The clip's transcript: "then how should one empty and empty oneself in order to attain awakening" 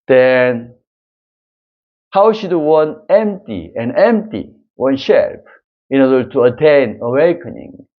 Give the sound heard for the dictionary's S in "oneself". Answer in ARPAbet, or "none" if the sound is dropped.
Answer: SH